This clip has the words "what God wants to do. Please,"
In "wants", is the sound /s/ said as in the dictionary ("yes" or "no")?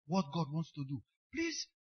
yes